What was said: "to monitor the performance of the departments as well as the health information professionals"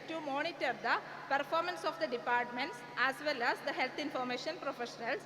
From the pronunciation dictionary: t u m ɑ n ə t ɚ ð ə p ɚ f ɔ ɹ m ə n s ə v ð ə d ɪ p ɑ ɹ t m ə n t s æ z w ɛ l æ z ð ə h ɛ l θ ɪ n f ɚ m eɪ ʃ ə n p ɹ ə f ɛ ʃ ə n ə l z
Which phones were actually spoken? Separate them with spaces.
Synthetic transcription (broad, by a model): t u m ɑ n ə t ɚ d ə p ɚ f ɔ ɹ m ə n s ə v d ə d ɪ p ɑ ɹ t m ə n t s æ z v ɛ l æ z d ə h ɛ l t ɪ n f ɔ m eɪ ʃ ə n p ɹ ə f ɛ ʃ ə n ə l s